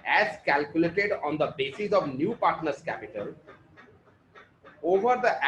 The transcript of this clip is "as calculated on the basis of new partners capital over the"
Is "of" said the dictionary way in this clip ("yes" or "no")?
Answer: yes